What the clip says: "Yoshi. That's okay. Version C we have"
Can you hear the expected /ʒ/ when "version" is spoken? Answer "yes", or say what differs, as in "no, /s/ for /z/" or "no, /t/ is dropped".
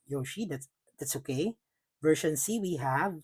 no, /ʃ/ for /ʒ/